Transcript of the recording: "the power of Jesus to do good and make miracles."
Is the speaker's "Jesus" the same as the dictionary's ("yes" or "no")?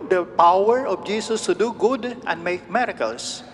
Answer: no